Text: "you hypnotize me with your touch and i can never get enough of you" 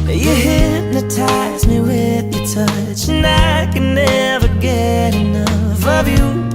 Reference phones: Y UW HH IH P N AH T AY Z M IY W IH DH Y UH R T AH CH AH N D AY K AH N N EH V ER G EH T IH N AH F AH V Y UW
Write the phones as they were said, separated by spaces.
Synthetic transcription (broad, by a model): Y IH HH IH N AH T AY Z M IY W IH DH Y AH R T AH CH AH N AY K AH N N EH V ER G EH T IH N AH F AH V Y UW